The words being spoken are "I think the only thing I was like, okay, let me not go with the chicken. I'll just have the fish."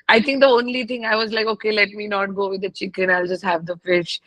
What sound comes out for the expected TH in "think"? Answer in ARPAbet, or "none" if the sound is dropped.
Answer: T